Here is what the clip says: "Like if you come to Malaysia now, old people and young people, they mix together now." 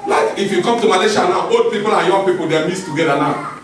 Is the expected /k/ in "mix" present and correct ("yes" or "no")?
no